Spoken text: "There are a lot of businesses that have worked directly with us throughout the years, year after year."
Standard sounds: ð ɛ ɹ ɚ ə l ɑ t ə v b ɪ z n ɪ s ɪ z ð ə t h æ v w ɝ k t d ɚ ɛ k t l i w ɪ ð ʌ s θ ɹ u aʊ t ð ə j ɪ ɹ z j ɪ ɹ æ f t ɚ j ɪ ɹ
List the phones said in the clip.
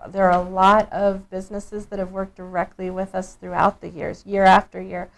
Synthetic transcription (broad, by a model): ð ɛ ɹ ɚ ə l ɑ t ə v b ɪ z n ɪ s ɪ z ð ə t h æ v w ɝ k d ɚ ɛ k t l i w ɪ ð ʌ s θ ɹ u aʊ t ð ə j ɪ ɹ z j ɪ ɹ æ f t ɚ j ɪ ɹ